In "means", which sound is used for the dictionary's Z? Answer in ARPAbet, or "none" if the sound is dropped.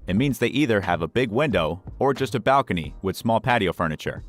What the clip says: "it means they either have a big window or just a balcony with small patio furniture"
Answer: Z